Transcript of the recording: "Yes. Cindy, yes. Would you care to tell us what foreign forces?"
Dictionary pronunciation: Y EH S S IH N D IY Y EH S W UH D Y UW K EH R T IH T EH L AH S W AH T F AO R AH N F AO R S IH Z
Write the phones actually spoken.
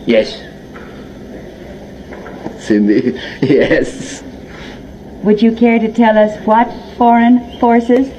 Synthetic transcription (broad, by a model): Y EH S S IH N D IY Y EH S W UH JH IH K EH R T IH T EH L AH S W AH T F AO R AH N F AO R S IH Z